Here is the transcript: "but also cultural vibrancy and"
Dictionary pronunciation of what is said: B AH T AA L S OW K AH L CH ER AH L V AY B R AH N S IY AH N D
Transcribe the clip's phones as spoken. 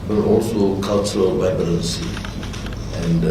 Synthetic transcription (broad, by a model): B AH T AA L S OW K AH L CH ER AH L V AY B L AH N S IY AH N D